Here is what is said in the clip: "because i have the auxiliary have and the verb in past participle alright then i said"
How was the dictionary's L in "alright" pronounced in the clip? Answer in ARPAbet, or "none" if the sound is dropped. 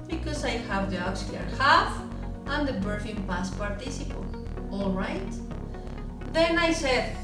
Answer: L